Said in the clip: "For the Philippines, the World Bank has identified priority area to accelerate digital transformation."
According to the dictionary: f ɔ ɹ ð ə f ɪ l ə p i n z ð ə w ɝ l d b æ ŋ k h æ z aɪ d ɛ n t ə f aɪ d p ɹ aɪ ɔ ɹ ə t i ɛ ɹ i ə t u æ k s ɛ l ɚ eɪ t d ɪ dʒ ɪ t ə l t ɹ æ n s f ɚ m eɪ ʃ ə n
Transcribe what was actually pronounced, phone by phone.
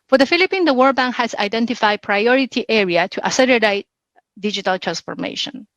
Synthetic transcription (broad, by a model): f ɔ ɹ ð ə f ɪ l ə p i n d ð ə w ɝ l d b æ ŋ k h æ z aɪ d ɛ n t ə f aɪ d p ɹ aɪ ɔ ɹ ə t i ɛ ɹ i ə t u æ s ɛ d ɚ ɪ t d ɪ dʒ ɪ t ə l t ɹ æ n s f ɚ m eɪ ʃ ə n